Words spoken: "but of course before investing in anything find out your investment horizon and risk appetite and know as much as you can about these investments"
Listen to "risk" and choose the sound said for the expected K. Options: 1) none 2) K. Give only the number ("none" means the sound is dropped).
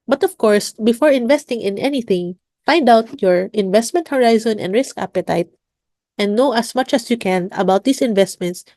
2